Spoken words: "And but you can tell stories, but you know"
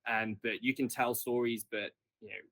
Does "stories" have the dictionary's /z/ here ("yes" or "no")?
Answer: yes